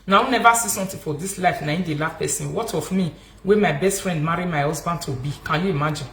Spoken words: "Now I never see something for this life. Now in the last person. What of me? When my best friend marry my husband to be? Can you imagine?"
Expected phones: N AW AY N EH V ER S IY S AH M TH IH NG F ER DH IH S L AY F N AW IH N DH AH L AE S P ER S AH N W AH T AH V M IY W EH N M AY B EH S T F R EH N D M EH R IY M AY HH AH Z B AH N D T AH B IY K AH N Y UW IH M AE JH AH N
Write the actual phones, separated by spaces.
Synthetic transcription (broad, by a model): N AW N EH V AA S IY S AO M T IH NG F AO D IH S L AY F N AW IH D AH L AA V P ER S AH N W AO T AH F M IY W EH M AY B EH S T F R EH N D M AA R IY M AY HH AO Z B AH N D T AH B IY K AH N Y UW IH M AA JH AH N